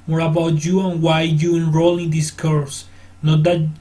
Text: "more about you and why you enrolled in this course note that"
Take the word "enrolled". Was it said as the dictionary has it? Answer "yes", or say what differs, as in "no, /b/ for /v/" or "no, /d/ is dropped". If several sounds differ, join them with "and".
no, /d/ is dropped